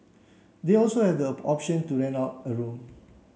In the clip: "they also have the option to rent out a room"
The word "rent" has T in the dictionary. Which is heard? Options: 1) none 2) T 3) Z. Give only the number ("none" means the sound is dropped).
1